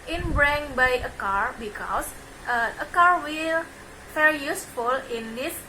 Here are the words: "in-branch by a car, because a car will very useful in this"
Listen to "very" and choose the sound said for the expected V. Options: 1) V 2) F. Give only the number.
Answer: 2